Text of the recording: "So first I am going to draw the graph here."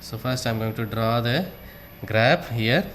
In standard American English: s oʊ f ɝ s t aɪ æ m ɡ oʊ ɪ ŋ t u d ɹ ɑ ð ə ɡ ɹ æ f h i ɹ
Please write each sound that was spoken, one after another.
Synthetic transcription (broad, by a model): s oʊ f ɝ s t aɪ m ɡ oʊ ɪ ŋ t u d ɹ ɑ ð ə ɡ ɹ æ p h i ɹ